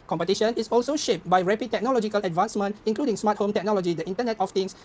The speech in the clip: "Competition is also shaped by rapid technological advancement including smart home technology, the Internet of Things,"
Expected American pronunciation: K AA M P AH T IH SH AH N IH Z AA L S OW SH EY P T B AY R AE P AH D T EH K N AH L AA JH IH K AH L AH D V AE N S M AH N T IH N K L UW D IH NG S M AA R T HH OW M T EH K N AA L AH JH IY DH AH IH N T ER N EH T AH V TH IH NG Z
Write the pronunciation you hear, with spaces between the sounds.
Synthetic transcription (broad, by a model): K AA M P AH T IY SH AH N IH S AA L S OW SH EY P T B AY R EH P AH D T EH K N AH L AA JH IH K AH L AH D V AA N S M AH N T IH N K L UW D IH NG S M AA T HH OW M T EH K N AA L AH JH IY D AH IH N T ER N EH T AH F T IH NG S